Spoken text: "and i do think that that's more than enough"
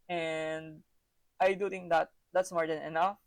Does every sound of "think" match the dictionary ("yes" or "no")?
no